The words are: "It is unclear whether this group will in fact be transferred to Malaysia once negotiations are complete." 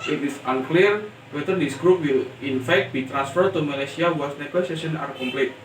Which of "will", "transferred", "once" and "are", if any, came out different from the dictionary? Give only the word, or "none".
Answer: once